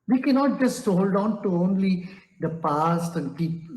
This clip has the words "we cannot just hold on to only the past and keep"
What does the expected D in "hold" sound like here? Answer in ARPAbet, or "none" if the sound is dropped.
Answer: D